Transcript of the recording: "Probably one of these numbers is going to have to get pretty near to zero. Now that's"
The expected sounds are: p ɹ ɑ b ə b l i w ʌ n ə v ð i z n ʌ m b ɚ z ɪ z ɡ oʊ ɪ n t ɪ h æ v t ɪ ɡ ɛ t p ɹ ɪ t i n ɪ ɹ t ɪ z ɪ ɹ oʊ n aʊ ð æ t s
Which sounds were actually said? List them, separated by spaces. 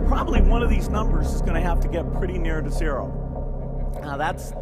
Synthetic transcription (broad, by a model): p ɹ ɑ b ə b l i w ʌ n ə v ð i z n ʌ m b ɚ z ɪ z ɡ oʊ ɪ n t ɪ h æ f t ɪ ɡ ɛ t p ɹ ɪ t i n ɪ ɹ t ɪ s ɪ ɹ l ð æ t s